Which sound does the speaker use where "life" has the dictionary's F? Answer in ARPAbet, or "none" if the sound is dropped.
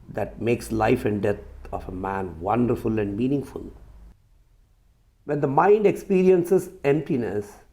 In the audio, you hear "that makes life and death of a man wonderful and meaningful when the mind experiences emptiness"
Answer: F